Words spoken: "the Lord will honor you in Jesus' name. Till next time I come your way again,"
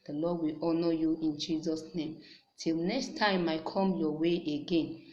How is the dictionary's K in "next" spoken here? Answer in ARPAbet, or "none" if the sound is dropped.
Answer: K